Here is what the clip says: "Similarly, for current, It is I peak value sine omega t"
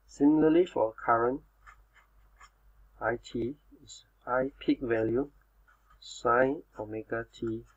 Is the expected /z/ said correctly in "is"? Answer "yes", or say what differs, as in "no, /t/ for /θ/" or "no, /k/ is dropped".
no, /s/ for /z/